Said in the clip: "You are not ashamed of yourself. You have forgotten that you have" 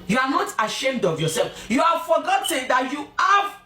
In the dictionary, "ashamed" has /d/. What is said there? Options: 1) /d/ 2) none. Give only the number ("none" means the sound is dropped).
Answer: 1